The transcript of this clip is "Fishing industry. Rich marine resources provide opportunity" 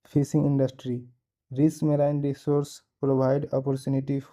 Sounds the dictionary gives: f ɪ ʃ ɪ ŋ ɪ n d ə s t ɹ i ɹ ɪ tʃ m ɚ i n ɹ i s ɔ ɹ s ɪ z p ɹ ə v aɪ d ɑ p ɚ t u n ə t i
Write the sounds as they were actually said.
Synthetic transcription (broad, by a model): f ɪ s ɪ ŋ ɪ n d ə s t ɹ i ɹ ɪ s m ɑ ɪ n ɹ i s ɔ ɹ s p ɹ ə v aɪ d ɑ p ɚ t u n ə t i